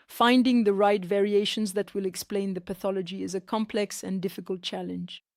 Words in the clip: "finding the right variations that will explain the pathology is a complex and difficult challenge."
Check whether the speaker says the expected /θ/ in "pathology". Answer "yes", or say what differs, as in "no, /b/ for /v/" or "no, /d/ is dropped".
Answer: yes